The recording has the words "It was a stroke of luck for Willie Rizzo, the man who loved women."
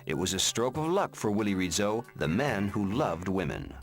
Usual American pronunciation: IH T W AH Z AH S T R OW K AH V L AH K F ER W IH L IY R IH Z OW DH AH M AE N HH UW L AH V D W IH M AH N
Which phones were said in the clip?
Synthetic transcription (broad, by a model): IH T W AH Z AH S T R OW K AH V L AH K F ER W IH L IY R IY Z OW DH AH M AE N HH UW L AH V D W IH M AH N